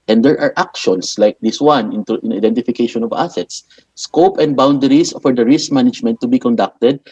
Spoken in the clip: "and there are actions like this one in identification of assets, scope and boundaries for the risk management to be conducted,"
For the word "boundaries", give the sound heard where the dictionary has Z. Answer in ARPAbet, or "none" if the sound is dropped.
S